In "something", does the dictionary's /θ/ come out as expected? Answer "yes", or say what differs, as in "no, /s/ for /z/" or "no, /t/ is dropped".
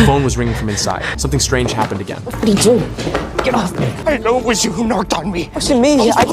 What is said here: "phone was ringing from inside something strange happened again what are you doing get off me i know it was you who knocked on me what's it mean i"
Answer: yes